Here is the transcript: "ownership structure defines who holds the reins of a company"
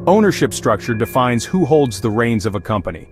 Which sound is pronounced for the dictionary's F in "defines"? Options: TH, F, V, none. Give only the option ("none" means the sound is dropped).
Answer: F